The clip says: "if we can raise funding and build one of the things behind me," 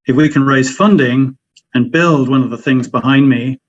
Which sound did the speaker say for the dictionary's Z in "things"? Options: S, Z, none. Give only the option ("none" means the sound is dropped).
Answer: Z